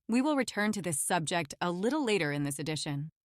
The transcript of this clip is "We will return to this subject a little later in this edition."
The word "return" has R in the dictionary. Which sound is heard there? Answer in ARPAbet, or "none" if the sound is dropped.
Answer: R